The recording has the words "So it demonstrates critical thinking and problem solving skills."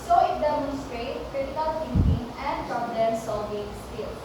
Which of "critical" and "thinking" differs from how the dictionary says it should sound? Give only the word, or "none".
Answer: thinking